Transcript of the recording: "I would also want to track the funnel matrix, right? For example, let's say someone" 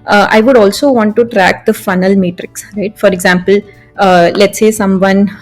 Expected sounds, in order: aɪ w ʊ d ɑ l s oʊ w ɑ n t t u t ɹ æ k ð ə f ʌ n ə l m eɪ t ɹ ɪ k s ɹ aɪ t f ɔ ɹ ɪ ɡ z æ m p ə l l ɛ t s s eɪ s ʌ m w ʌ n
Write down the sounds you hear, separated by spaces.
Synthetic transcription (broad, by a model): aɪ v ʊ d ɑ l s oʊ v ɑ n t t u t ɹ æ k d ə f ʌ n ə l m eɪ t ɹ ɪ k s ɹ aɪ t f ɔ ɹ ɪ ɡ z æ m p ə l l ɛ t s s eɪ s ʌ m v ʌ n